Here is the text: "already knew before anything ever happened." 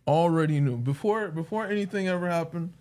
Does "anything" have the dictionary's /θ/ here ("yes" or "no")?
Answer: yes